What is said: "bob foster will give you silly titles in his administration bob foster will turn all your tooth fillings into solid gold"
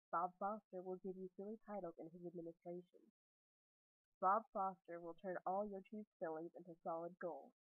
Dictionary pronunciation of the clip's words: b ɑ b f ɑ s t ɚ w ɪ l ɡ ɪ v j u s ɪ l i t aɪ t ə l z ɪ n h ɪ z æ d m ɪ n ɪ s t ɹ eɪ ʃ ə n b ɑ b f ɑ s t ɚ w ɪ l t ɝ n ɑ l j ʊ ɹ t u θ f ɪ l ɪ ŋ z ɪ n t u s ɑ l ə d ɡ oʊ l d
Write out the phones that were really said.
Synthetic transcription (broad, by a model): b ɑ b f ɑ s t ɚ w ɪ l ɡ ɪ v j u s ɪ l i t aɪ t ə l ɪ n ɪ z æ d m ɪ n ɪ s t ɹ eɪ ʃ ə n b ɑ b f ɑ s t ɚ w ɪ l t ɝ n ɑ l j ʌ ɹ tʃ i s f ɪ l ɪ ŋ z ɪ n t u s ɑ l ə d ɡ oʊ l